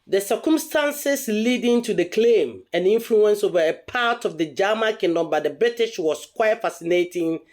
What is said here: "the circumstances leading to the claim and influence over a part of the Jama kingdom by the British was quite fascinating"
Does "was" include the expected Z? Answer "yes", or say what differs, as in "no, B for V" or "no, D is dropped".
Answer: no, S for Z